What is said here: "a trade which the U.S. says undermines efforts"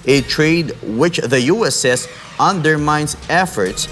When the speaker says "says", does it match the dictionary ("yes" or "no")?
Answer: no